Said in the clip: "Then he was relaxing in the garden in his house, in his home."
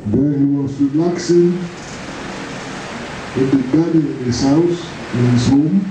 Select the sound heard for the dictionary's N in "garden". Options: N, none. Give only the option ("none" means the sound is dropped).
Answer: none